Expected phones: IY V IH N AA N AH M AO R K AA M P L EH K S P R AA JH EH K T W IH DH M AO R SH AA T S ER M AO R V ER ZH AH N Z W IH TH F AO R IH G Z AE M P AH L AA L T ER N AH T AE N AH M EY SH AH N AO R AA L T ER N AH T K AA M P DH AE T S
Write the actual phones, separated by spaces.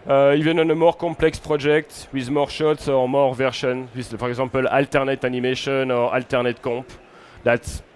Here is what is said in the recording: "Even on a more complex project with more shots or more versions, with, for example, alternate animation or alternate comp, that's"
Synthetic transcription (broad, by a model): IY V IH N AA N AH M AO R K AA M P L EH K S P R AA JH EH K T W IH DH M AO R SH AA T S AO M AO R V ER SH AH N W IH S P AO R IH G Z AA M P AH L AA L T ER N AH T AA N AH M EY SH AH N AO R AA L T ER N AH T K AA P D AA T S